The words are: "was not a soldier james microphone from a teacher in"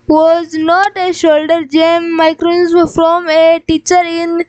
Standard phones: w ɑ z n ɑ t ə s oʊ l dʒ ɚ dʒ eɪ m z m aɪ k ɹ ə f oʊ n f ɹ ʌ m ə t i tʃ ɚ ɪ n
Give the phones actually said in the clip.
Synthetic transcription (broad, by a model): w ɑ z n ɑ t ə ʃ oʊ l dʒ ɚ dʒ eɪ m m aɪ k ɹ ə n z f ɹ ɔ m ə t i tʃ ɚ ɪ n